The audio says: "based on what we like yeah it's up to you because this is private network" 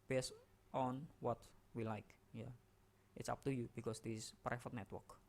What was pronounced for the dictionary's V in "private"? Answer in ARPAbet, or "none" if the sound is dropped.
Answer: F